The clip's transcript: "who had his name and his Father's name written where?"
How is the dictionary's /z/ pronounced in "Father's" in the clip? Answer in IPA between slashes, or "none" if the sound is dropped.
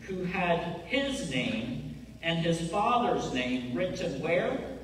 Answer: /z/